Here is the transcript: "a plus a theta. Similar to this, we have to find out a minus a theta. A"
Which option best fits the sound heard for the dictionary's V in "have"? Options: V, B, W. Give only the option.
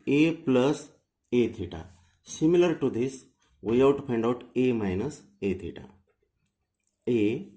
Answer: W